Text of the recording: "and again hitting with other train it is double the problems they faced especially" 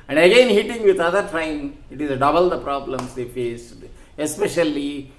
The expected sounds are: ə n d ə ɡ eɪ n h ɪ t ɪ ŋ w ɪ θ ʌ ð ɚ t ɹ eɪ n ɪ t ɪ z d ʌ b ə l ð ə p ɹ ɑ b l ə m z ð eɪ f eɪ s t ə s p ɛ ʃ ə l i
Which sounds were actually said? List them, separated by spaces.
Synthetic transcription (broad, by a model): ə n d ə ɡ eɪ n h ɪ t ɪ ŋ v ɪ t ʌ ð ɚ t ɹ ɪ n ɪ t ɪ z d ʌ b ə l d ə p ɹ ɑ b l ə m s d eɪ f eɪ s ə s p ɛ ʃ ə l i